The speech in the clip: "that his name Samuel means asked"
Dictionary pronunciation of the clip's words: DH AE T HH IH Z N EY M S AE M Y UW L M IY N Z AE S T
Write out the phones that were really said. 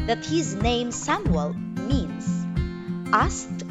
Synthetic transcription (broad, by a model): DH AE T HH IH Z N EY M S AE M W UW L M IY N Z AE S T